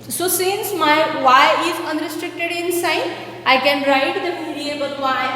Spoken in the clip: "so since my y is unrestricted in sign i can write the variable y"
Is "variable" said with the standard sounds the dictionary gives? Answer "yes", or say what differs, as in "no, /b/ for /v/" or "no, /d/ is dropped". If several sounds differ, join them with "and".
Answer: no, /f/ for /v/